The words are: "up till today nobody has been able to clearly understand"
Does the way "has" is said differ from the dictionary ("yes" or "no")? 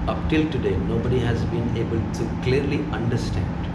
no